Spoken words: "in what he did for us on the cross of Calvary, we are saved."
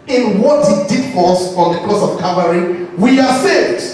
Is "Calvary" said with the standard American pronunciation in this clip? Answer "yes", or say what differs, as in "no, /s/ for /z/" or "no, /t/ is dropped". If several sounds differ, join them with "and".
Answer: no, /l/ is dropped